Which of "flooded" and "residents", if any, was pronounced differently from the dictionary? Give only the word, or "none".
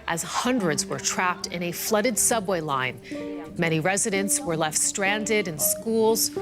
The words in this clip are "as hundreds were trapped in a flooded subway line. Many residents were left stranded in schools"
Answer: none